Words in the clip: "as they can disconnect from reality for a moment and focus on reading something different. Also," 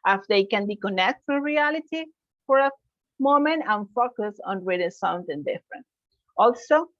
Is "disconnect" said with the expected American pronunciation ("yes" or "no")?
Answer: no